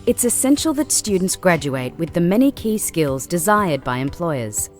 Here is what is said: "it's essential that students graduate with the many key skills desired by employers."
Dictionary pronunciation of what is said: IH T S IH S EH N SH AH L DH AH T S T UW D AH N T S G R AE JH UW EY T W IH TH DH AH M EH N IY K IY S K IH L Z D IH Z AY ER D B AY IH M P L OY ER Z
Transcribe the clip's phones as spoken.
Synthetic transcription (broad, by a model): IH T S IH S EH N SH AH L DH AH T S T UW D N T S G R AE JH UW EY T W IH DH AH M EH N IY K IY S K IH L Z D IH Z AY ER D B AY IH M P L OY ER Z